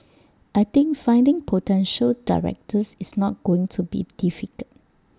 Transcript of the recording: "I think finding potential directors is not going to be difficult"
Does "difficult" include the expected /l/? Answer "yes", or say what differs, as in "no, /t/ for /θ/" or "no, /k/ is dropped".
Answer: no, /l/ is dropped